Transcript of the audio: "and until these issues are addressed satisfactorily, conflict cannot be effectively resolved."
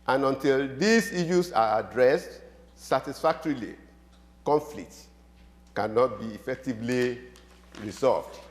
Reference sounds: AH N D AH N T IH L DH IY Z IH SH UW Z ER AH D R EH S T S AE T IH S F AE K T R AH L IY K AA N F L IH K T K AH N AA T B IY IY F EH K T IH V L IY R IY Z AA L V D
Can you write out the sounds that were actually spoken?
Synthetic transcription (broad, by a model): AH N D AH N T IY L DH IY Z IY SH UW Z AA AH D R EH S T S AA T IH S F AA K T R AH L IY K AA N F L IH K T K AH N AA T B IY IY F EH K T IH V L IY R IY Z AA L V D